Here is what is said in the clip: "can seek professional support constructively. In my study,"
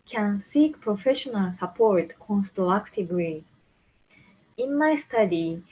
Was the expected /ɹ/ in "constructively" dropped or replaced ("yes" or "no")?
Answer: yes